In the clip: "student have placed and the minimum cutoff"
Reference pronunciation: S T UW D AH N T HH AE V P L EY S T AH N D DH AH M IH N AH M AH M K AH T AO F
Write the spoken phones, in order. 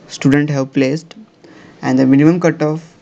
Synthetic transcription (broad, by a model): S T UW D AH N T HH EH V P L EY S T AH N D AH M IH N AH M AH M K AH T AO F